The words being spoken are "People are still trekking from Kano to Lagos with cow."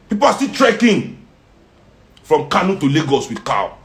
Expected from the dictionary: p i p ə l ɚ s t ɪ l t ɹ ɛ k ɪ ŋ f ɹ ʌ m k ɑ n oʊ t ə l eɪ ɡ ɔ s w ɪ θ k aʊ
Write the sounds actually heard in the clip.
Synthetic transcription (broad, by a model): p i p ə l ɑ s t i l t ɹ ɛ k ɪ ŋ f ɹ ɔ m k ɑ n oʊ t ə l eɪ ɡ ɔ s w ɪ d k aʊ